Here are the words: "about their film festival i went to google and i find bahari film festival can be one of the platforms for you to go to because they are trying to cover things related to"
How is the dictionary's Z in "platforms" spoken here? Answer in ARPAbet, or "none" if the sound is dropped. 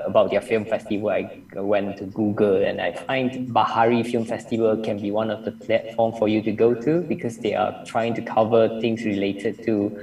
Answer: none